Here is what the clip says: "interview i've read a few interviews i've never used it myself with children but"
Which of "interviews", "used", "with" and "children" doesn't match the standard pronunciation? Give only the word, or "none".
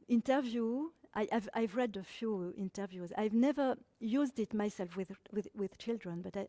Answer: none